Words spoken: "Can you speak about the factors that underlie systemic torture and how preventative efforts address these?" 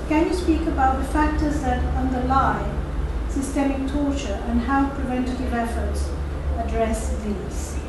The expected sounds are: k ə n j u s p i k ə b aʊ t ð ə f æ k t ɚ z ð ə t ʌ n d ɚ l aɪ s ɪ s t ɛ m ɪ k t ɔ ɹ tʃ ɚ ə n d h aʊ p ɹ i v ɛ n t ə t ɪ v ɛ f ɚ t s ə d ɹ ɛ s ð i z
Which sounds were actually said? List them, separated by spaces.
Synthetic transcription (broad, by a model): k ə n j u s p i k ə b aʊ t ð ə f æ k t ɚ z ð ə t ʌ n d ɚ l aɪ s ɪ s t ɛ m ɪ k t ɔ ɹ tʃ ɚ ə n h aʊ p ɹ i v ɛ n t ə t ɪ v ɛ f ɚ t s ə d ɹ ɛ s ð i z